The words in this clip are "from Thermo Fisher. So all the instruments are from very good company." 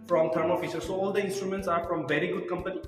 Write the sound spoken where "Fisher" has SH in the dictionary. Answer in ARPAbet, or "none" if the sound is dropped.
S